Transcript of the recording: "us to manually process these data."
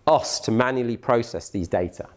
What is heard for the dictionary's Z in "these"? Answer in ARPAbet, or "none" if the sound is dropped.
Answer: Z